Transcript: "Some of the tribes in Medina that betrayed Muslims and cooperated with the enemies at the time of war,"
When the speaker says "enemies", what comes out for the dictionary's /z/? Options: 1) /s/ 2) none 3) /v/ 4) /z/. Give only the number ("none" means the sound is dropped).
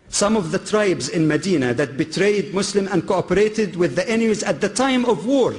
4